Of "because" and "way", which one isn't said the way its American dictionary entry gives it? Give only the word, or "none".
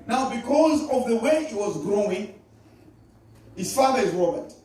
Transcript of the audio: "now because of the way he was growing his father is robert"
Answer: none